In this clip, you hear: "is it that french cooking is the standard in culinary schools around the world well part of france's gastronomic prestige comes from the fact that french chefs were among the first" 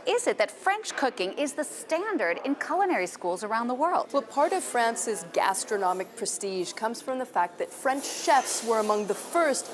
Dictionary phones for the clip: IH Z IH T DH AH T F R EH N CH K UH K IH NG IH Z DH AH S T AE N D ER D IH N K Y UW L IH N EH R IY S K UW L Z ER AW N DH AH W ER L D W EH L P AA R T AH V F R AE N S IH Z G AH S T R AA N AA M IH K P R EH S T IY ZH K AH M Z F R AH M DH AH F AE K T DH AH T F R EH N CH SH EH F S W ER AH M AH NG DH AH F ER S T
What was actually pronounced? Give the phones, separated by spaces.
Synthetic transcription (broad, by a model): IH Z IH T DH AH T F R EH N CH K UH K IH NG IH Z DH AH S T AE N D ER D IH N K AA L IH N EH R IY S K UW L Z ER AW N DH AH W ER L D W EH L P AA R T AH V F R AE N S IH Z G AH S T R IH N AA M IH K P R EH S T IY ZH K AH M Z F R AH M DH AH F AE K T DH AH T F R EH N CH SH EH F S W ER AH M AH NG DH AH F ER S T